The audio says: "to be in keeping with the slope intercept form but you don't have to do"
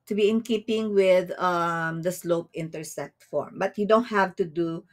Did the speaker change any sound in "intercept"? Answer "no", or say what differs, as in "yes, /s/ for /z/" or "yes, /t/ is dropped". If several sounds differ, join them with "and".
yes, /p/ is dropped